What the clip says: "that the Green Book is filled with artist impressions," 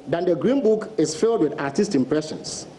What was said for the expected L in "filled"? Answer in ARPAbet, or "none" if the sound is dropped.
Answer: L